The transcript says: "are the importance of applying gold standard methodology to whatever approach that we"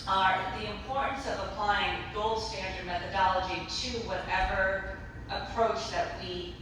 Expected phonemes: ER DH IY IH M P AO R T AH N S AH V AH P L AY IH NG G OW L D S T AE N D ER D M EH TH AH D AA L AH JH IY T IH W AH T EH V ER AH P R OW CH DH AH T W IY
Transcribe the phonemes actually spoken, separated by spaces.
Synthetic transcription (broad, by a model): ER DH IY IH M P AO R T N S AH V AH P L AY IH NG G OW L D S T AE N D ER D M EH TH AH D AA L AH JH IY T IH W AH T EH V ER AH P R OW CH DH AH T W IY